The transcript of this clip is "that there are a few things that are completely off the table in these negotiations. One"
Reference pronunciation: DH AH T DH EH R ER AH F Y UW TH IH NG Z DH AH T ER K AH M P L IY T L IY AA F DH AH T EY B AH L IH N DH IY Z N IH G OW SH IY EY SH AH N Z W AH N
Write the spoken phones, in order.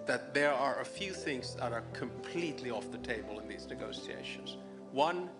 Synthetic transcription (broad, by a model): DH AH T DH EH R ER AH F Y UW TH IH NG Z DH AH T ER K AH M P L IY T L IY AA F DH AH T EY B AH L IH N DH IY Z N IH G OW S IY EY SH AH N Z W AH N